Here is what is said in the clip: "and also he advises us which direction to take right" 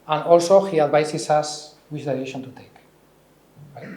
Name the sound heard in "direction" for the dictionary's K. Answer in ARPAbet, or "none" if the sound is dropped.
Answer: none